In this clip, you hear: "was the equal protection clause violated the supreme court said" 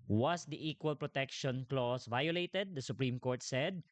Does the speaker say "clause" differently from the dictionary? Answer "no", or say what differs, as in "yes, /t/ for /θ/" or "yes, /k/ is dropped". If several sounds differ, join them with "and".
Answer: yes, /s/ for /z/